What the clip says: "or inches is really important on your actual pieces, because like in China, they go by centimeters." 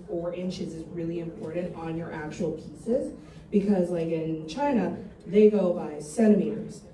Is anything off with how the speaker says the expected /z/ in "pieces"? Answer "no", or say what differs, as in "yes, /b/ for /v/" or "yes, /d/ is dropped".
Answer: no